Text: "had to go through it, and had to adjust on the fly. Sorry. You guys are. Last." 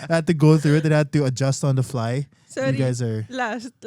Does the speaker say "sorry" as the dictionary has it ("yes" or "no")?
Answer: no